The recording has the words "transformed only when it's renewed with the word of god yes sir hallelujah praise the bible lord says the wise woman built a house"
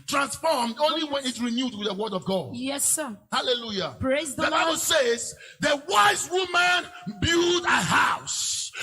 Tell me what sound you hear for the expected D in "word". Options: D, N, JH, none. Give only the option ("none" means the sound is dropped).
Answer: D